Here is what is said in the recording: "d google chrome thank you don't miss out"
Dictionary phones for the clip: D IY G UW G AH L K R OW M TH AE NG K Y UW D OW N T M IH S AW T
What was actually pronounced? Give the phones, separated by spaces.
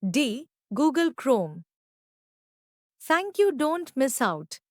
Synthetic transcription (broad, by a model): D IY G UW G AH L K R OW M T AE NG K Y UW D OW N T M IH S AW T